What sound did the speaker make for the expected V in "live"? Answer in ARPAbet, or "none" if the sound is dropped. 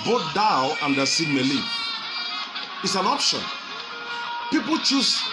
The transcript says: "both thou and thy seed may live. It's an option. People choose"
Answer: none